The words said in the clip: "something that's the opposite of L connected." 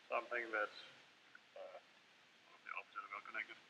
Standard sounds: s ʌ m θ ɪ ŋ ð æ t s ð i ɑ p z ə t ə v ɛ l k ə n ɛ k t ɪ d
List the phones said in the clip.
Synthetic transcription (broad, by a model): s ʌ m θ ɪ ŋ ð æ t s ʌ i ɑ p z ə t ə w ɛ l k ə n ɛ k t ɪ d